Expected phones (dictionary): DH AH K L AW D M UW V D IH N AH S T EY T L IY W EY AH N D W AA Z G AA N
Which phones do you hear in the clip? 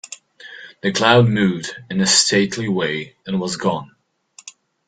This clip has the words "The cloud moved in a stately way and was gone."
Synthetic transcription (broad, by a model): DH AH K L AW D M UW D IH N AH S T EY T L IY W EY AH N W AA Z G AA N